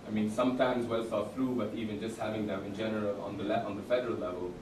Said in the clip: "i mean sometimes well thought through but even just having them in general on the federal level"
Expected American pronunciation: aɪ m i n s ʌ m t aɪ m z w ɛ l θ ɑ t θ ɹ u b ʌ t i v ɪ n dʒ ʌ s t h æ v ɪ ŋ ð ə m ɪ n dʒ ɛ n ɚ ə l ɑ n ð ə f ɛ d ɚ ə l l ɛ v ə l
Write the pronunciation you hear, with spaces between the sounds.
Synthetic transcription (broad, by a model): aɪ m i n s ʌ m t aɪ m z w ɛ l s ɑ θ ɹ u b ʌ t i v ɪ n dʒ ʌ s t h æ v ɪ ŋ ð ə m ɪ n dʒ ɛ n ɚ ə l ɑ n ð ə f ɛ d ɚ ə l l ɛ v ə l